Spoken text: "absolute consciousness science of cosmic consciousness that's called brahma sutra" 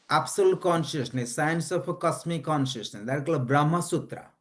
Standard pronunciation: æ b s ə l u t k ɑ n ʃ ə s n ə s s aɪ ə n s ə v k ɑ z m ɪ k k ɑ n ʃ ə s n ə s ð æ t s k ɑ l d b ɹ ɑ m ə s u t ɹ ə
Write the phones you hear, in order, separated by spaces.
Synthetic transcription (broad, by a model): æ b s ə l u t k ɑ n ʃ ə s n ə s s aɪ ə n s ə p k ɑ s m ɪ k k ɑ n ʃ ə s n ə s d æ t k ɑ l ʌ b ɹ ɑ m ə s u t ɹ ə